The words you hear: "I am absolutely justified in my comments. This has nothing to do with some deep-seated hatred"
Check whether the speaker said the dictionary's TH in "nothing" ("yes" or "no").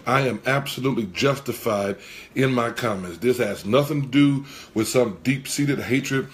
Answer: yes